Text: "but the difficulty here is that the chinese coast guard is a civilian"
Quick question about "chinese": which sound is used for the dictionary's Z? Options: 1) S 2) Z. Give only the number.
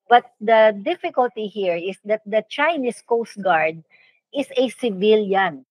1